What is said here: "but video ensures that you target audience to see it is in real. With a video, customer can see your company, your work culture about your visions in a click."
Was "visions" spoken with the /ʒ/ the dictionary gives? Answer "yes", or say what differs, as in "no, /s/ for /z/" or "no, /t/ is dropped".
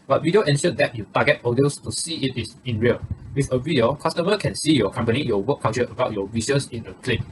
no, /s/ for /ʒ/